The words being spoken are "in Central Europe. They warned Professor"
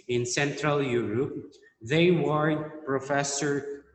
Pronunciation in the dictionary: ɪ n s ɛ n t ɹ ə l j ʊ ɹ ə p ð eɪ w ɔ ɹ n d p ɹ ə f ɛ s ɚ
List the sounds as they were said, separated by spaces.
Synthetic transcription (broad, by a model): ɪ n s ɛ n t ɹ ə l j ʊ ɹ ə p ð eɪ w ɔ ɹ d p ɹ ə f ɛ s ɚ